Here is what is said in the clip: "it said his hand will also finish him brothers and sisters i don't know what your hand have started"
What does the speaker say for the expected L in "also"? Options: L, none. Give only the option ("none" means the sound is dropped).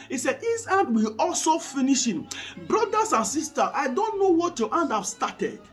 L